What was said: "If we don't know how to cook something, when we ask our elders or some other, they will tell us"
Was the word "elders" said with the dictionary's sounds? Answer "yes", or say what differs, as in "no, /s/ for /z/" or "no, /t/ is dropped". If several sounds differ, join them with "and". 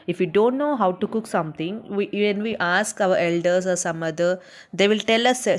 no, /s/ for /z/